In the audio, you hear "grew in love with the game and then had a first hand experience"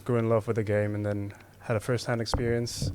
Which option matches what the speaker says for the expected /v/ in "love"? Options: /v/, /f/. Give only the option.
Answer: /v/